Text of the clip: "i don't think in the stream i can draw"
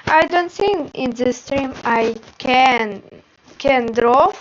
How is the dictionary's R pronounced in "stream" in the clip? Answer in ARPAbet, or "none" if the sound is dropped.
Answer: R